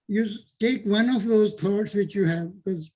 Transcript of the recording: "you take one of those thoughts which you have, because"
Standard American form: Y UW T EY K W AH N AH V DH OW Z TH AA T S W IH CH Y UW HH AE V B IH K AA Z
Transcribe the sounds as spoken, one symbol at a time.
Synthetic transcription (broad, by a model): Y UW T EY K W AH N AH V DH OW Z T AA T S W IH CH Y UW HH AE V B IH K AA Z